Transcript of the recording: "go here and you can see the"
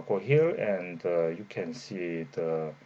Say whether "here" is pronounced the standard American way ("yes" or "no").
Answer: no